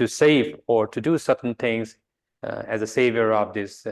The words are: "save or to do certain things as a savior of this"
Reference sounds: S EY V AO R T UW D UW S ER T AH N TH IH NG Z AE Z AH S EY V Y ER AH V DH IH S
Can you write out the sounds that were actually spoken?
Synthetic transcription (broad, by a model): S EY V AO R T UW D UW S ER T N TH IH NG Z AE Z AH S EY V Y ER AH V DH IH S